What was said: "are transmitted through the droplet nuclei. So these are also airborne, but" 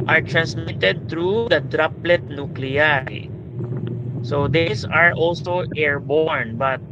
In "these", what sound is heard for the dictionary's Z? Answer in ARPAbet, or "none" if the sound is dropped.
S